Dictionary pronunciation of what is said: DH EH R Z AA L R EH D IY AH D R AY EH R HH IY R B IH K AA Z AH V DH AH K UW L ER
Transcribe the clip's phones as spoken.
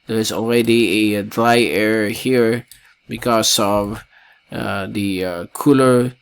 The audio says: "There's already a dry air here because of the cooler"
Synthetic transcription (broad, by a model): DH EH R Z AA L R EH D IY AH D R AY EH R HH IY R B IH K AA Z AH V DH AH K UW L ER